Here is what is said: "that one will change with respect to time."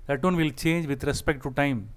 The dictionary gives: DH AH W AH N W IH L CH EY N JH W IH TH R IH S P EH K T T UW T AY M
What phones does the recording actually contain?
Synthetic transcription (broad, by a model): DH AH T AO N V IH L CH EY N JH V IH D R IH S P EH K T T UW T AY M